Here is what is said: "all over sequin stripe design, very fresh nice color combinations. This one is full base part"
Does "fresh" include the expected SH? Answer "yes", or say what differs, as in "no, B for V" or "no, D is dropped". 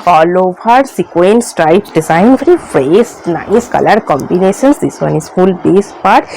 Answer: no, S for SH